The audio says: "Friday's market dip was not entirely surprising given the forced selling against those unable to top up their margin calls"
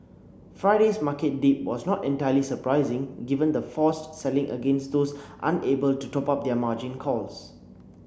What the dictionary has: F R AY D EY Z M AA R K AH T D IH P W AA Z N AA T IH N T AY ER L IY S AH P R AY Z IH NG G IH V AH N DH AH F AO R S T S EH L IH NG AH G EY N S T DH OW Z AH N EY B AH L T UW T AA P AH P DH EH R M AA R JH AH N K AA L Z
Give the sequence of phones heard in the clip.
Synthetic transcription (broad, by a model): F R AY D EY S M AA K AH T D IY P W AA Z N AA T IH N T AY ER L IY S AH P R AY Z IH NG G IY V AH N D AH F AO S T S EH L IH NG AH G EY N S T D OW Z AH N EY B AH L T UW T AA P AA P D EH M AA JH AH N K AA L S